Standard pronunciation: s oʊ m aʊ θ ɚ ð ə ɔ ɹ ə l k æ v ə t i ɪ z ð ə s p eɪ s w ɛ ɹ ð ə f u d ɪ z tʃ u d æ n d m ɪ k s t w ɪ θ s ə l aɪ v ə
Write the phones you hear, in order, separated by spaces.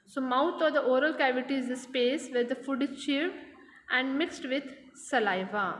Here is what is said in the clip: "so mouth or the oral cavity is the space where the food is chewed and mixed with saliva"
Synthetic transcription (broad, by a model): s oʊ m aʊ t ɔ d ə ɔ ɹ ə l k æ v ə t i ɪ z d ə s p eɪ s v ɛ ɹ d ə f u d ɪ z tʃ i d æ n d m ɪ k s t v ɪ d s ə l aɪ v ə